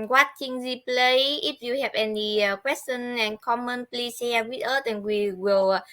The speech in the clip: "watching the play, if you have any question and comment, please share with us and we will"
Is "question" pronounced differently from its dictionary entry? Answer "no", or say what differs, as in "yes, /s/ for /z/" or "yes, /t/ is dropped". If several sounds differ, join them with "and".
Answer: yes, /s/ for /ʃ/